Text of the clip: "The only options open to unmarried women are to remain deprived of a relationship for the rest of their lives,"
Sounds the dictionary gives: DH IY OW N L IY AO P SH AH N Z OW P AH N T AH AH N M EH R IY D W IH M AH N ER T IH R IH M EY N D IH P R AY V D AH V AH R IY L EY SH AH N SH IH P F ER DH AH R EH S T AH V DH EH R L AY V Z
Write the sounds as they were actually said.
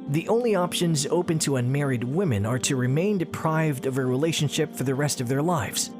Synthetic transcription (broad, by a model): DH IY OW N L IY AO P SH AH N Z OW P AH N T AH AH N M EH R IY D W IH M AH N ER T IH R IH M EY N D IH P R AY V D AH V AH R IY L EY SH AH N SH IH P F ER DH AH R EH S T AH V DH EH R L AY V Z